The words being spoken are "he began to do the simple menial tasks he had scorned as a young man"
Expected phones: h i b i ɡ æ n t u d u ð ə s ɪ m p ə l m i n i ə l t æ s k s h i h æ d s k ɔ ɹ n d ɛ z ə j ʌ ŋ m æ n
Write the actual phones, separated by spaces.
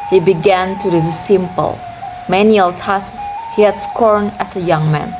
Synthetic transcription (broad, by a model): h i b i ɡ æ n t u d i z s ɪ m p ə l m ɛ n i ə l t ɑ s s h i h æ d s k ɔ ɹ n ɛ s ə j ʌ ŋ m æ n